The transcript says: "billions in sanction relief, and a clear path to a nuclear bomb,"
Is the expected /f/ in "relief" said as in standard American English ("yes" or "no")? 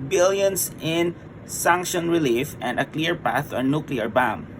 yes